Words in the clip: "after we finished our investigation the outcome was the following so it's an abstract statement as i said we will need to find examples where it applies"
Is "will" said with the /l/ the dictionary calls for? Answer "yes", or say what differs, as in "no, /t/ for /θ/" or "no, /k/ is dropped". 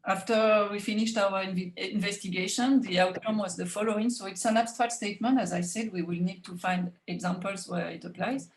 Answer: yes